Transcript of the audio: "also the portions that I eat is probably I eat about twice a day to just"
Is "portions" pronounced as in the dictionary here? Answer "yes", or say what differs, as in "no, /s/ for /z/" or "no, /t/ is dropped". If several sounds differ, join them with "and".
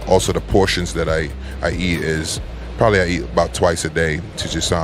yes